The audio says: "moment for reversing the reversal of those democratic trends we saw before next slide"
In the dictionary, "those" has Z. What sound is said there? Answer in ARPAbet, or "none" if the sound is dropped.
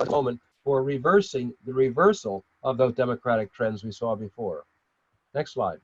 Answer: Z